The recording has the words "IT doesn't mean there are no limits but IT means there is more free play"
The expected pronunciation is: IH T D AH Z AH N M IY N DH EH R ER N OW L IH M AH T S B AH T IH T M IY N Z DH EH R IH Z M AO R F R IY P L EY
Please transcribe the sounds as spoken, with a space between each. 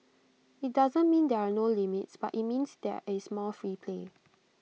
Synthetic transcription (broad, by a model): IH T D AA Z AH N M IY N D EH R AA N OW L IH M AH T S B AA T IH T M IY N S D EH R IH S M AO L F R IY P L EY